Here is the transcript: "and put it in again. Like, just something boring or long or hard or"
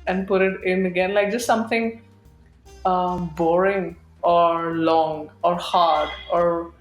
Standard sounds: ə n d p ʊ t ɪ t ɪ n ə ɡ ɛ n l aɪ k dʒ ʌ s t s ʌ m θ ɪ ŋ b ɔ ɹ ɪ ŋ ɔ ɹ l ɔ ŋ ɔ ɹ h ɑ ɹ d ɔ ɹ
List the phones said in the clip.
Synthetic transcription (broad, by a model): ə n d p ʊ t ɪ t ɪ n ə ɡ ɛ n l aɪ k dʒ ʌ s t s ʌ m t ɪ ŋ b ɔ ɹ ɪ ŋ ɔ ɹ l ɔ ŋ ɔ ɹ h ɑ ɹ d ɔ ɹ